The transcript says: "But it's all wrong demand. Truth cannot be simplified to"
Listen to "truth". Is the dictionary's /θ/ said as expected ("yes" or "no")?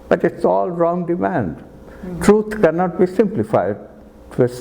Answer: no